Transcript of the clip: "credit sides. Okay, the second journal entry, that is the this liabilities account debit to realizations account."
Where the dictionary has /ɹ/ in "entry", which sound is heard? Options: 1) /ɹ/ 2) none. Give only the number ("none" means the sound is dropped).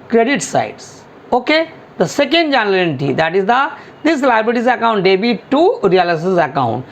2